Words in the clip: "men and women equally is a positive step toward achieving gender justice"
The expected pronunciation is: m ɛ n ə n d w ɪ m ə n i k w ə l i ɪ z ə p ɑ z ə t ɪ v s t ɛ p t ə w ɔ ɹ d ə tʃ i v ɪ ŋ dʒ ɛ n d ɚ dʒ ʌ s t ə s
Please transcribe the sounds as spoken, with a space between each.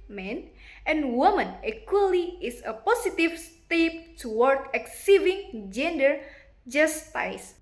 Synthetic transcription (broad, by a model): m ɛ n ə n w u m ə n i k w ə l i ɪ s ə p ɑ s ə t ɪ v s t ɛ p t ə w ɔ ɹ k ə s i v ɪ ŋ dʒ ɛ n d ɚ dʒ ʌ s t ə s